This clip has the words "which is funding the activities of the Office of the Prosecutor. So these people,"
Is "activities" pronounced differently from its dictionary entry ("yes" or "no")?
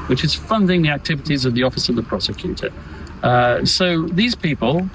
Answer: no